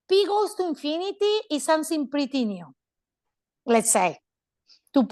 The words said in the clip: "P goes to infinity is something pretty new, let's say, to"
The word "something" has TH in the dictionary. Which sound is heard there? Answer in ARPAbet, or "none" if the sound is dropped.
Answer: S